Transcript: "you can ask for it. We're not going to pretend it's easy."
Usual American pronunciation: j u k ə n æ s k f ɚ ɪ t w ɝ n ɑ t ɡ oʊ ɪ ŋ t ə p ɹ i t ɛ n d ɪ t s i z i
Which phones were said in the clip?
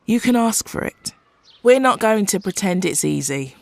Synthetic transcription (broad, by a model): j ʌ k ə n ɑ s k f ɚ ɪ t w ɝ n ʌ t ɡ oʊ ɪ ŋ t ə p ɹ i t ɛ n d ɪ t s i z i